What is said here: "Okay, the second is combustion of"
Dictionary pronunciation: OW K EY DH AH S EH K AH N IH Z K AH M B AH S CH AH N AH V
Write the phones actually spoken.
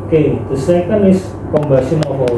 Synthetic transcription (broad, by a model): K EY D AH S EH K AH N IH S K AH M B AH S AH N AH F